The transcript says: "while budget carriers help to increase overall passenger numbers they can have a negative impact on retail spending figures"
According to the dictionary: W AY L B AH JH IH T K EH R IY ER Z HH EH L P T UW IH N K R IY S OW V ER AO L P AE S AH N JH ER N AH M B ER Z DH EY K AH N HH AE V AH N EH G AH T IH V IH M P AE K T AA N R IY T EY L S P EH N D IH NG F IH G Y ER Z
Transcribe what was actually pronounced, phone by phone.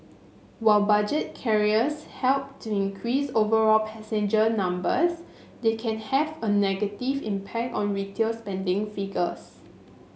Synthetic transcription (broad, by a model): W AY L B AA JH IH T K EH R IY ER S HH EH L P T UW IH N K R IY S OW V ER AO L P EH S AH N JH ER N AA M B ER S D EY K AH N HH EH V AH N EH G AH T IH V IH M P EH K T AA N R IY T EY L S P EH N D IH NG F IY G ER S